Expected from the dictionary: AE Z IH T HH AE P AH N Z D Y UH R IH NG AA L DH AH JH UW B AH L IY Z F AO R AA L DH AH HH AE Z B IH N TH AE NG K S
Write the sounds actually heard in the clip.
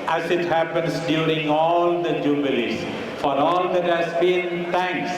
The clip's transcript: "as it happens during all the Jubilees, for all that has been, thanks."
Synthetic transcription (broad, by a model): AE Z IH T HH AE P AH N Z D Y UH R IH NG AA L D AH JH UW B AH L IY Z F AO R AA L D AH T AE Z B IH N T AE NG K S